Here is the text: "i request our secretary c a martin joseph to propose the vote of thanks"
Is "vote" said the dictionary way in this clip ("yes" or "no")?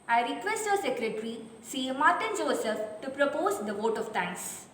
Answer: yes